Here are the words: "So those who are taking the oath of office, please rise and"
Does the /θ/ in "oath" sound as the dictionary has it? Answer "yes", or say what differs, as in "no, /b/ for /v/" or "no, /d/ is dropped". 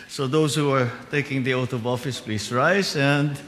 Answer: no, /t/ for /θ/